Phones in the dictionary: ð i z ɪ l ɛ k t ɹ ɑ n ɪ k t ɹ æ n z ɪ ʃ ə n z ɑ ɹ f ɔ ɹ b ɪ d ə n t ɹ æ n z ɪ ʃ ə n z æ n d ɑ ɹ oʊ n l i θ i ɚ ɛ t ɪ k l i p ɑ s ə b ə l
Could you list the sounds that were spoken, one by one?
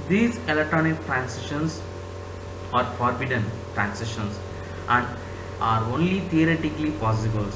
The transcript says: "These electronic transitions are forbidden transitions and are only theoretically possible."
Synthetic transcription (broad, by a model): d i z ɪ l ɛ k t ɹ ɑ n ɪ k t ɹ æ n s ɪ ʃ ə n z ɑ ɹ f ɔ ɹ b ɪ d ə n t ɹ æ n s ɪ ʃ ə n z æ n d ɑ ɹ oʊ n l i t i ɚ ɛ t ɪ k l i p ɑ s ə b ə l